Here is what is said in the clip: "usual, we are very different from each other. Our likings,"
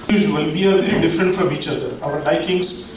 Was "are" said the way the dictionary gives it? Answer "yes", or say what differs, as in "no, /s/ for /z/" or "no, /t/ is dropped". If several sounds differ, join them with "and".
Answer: no, /l/ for /ɹ/